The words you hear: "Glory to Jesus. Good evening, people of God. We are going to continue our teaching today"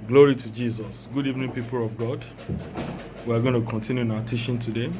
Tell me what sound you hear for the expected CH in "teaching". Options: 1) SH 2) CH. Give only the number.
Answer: 1